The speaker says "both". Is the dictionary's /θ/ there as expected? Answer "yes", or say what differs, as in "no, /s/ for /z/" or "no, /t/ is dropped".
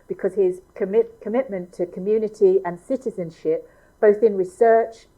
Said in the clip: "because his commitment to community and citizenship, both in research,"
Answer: yes